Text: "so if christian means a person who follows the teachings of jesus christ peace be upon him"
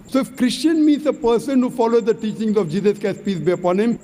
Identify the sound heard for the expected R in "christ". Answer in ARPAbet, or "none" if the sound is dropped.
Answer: none